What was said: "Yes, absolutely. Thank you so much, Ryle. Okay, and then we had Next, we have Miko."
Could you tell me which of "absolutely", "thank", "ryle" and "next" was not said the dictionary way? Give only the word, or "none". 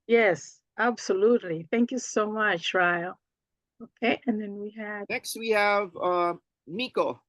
none